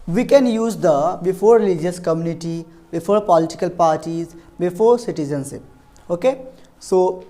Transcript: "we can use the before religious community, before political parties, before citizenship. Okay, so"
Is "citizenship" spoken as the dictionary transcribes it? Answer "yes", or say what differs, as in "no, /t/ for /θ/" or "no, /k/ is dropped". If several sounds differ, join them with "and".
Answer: no, /s/ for /ʃ/ and /p/ is dropped